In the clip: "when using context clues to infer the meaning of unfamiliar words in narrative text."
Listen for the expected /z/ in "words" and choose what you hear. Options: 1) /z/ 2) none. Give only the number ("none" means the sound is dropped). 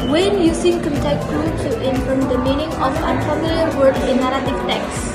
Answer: 2